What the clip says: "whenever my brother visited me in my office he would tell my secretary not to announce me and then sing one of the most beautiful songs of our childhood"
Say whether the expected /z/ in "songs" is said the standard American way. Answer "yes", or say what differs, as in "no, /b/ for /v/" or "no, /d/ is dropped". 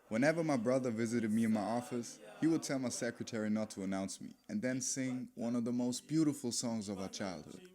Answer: yes